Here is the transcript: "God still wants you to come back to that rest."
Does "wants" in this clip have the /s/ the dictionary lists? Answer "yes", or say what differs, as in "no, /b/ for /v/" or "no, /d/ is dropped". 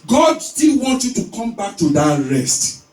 no, /s/ is dropped